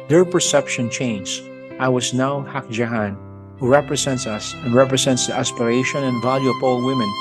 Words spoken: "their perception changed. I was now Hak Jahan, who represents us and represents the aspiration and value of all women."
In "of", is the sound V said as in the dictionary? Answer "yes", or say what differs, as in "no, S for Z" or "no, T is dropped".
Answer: no, P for V